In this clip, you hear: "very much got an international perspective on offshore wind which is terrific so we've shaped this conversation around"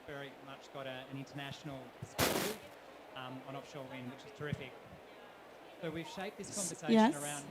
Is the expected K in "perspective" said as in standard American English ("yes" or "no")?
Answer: no